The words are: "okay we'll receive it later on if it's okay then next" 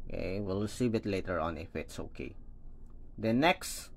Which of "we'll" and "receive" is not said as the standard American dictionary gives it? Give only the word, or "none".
receive